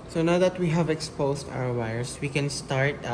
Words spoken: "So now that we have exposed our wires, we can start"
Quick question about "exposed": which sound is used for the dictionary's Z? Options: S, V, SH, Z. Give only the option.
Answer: S